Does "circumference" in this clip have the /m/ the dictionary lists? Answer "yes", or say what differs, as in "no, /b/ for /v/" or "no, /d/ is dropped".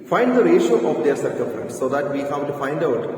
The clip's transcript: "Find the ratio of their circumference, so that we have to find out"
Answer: no, /m/ is dropped